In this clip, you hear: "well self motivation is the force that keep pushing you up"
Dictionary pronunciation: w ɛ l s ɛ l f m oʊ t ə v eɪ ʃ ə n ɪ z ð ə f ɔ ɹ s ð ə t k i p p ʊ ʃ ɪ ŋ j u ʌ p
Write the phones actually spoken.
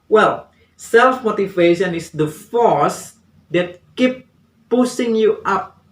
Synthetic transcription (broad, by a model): w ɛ l s ɛ l f m oʊ t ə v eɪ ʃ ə n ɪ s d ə f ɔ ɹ s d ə t k i p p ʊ s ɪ ŋ j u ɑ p